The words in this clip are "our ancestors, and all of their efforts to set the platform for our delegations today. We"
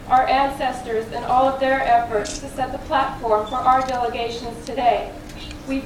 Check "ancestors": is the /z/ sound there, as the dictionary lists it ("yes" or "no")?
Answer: yes